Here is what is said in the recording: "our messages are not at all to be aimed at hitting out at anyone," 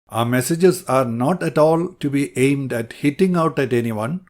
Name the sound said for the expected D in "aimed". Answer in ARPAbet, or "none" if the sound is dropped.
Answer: D